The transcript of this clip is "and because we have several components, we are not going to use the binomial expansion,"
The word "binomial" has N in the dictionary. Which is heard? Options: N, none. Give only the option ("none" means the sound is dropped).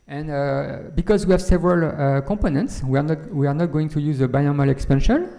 none